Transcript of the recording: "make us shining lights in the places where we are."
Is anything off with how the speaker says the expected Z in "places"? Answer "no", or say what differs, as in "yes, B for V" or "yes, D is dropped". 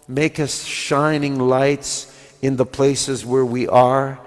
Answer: no